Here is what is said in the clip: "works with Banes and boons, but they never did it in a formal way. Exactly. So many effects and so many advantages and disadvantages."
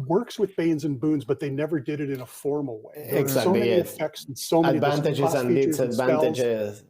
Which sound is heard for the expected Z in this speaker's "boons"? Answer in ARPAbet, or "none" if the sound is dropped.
Z